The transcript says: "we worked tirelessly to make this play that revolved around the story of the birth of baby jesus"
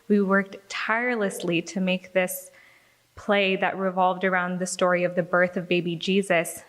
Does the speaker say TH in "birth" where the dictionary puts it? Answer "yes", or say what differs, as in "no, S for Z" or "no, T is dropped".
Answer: yes